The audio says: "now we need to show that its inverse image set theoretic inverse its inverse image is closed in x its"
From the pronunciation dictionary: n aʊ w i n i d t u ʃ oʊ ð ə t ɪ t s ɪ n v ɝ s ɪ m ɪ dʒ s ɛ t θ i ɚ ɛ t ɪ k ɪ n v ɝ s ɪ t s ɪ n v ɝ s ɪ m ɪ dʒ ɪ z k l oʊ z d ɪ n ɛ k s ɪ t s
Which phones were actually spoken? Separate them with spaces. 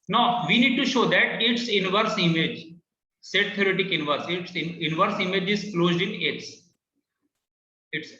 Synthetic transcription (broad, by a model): n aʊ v i n i d t u ʃ oʊ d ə t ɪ t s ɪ n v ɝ s ɪ m ɪ dʒ s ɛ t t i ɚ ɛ t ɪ k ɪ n v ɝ s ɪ t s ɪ n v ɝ s ɪ m ɪ dʒ ɪ z k l oʊ z d ɪ n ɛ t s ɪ t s